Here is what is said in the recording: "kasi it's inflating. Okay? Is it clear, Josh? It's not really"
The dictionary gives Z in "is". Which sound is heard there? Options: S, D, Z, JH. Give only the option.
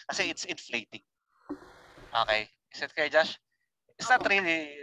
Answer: S